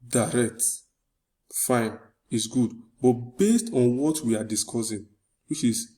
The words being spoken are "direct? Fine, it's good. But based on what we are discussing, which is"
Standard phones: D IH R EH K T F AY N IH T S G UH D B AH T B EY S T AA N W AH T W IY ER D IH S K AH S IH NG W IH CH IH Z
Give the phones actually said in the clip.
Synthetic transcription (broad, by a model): D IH R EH K T F AY N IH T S G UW D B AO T B EY S T AA N W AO T W IY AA D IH S K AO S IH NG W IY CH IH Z